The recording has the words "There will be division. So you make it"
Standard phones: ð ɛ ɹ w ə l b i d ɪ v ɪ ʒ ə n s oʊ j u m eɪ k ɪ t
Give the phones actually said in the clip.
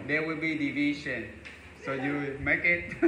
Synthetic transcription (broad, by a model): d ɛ w ə l b i d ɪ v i ʃ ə n s oʊ j u m eɪ k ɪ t